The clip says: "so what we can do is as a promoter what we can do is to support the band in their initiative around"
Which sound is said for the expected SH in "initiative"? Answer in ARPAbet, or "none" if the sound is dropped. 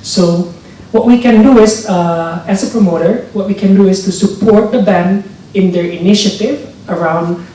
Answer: SH